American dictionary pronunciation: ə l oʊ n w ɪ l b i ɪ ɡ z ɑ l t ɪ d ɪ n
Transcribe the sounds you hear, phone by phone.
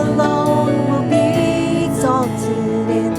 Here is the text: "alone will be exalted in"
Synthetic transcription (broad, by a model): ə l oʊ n w ɪ l b i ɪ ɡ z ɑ t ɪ ɪ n